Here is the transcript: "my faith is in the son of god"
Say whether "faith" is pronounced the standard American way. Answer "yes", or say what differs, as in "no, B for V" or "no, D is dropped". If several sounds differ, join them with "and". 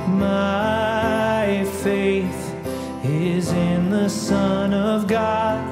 yes